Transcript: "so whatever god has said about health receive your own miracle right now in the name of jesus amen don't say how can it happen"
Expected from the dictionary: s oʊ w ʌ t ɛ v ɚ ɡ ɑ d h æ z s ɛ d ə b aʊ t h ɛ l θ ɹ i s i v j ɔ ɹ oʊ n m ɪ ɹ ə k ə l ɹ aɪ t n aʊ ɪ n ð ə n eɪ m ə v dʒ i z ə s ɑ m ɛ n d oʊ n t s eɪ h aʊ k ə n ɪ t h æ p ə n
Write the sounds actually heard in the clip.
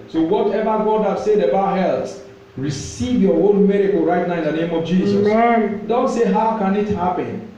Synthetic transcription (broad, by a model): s oʊ w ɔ t ɛ v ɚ ɡ ɑ d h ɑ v s ɛ d ə b aʊ t h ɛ l t ɹ i s i v j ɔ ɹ oʊ n m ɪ ɹ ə k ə l ɹ aɪ t n aʊ ɪ n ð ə n eɪ m ə v dʒ i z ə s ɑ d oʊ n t s eɪ h aʊ k ə n ɪ t h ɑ p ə n